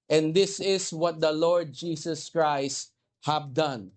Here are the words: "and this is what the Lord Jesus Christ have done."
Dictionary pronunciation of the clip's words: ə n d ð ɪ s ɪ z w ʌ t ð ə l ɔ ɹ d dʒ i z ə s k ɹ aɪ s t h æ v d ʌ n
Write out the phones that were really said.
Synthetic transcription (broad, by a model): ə n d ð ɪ s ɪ s w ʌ t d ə l ɔ ɹ d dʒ i s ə s k ɹ aɪ s t h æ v d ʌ n